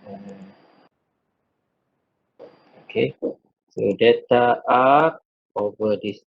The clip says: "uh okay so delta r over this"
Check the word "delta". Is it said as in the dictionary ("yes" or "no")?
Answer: no